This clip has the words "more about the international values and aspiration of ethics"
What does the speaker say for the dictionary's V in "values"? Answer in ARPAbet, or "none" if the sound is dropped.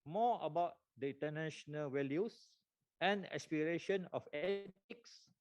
W